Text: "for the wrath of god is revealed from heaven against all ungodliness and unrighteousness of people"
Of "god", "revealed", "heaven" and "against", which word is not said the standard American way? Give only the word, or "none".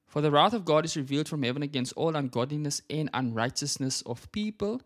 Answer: none